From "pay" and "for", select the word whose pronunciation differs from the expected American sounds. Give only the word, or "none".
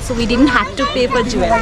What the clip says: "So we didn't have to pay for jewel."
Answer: for